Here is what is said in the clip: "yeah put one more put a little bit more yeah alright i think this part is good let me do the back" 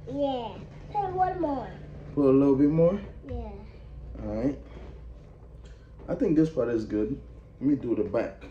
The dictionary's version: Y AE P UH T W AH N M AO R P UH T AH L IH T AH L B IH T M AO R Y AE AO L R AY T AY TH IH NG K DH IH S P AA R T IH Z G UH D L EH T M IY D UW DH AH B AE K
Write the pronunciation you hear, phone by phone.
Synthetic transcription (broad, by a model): Y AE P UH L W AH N M AO R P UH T AH L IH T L B IH T M AO R Y AE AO R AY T AY TH IH NG K DH IH S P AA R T IH Z G UH D L EH T M IY D UW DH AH B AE K